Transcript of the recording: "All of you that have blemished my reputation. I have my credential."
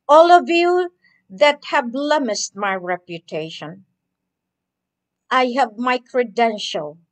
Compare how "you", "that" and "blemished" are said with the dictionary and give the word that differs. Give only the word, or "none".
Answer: blemished